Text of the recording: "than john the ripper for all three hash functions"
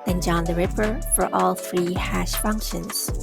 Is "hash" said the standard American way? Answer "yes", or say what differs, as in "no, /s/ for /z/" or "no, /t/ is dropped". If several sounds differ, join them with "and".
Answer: yes